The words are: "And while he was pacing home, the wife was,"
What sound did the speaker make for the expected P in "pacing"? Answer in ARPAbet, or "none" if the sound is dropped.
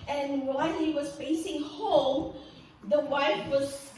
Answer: F